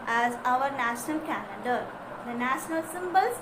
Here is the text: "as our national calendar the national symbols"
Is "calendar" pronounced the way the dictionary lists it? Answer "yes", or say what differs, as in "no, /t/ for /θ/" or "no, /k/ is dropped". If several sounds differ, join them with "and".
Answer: no, /n/ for /l/ and /n/ is dropped